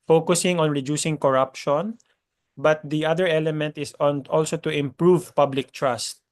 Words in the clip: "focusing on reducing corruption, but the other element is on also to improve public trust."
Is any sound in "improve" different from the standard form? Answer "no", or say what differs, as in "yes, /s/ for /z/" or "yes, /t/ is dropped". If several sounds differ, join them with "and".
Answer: no